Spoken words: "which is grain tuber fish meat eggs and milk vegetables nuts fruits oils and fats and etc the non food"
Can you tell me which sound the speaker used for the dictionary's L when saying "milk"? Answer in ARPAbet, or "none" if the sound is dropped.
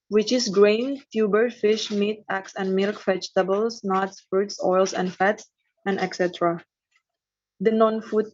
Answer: L